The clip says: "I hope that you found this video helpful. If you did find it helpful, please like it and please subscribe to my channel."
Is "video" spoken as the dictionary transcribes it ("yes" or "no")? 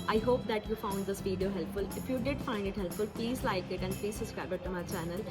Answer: no